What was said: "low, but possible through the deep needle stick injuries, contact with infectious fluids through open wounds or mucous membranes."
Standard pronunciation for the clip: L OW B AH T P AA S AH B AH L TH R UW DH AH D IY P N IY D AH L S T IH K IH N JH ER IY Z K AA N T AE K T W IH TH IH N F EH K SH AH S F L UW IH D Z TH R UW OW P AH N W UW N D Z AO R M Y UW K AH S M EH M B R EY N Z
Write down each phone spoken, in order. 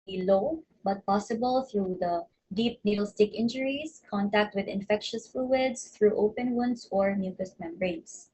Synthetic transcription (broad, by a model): L OW B AH T P AA S AH B AH L TH R UW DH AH D IY P N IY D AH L S T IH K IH N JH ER IY S K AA N T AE K T W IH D IH N F EH K SH AH S F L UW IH D S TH R UW OW P AH N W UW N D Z AO R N Y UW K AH S M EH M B R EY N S